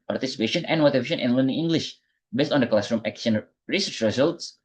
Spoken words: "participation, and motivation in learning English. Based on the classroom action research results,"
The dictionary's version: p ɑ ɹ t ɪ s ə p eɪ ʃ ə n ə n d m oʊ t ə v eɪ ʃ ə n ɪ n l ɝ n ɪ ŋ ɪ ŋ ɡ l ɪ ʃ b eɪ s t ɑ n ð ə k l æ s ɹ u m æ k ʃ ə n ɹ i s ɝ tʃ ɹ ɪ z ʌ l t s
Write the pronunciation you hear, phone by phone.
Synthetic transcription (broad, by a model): p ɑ ɹ t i s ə p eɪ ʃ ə n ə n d m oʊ t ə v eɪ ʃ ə n ɪ n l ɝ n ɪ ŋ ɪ ŋ ɡ l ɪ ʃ b eɪ s t ɑ n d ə k l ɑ s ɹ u m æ k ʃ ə n ɹ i s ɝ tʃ ɹ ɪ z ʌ l t s